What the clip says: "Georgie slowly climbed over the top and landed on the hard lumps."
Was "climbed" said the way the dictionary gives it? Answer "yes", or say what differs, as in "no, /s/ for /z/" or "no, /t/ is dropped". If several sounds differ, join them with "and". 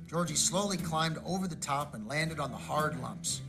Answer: yes